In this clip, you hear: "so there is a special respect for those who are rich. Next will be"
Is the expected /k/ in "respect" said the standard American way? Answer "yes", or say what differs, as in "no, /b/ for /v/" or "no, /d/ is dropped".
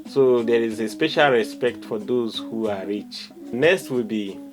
yes